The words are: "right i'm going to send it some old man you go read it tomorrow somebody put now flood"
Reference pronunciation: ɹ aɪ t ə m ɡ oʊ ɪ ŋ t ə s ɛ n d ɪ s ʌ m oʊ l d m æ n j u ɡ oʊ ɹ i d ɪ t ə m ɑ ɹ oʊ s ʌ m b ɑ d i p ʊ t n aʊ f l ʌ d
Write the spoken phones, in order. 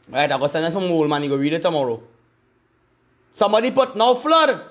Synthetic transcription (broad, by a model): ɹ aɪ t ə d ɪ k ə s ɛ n ɪ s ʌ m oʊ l m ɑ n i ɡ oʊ w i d ɪ t ə m ɑ ɹ oʊ s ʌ m b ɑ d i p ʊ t n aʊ f l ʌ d